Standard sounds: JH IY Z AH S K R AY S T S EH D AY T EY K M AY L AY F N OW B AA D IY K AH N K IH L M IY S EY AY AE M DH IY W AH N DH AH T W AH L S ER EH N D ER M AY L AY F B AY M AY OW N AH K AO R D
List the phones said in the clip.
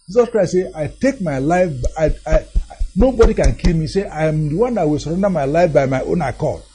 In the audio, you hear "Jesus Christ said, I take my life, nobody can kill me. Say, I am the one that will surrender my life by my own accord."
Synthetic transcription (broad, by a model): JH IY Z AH S K R AY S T S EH AY T EY K M AY L AY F N OW B AA D IY K AH N K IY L M IY S EY AY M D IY W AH N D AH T W AH L S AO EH N D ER M AY L AY F B AY M AY OW N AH K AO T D